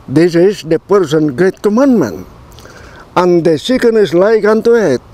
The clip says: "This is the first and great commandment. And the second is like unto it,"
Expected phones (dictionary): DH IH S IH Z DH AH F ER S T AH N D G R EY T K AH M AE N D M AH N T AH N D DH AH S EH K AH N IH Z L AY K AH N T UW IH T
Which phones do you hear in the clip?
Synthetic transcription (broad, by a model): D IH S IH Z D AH P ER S AH N G R EY T K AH M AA N M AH N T AH N D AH S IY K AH N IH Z L AY K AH N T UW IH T